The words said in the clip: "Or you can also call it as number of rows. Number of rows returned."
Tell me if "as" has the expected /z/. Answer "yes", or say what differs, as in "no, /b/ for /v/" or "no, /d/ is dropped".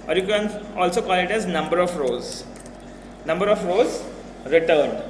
yes